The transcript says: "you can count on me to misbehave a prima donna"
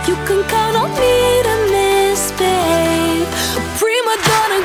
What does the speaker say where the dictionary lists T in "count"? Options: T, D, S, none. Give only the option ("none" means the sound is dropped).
none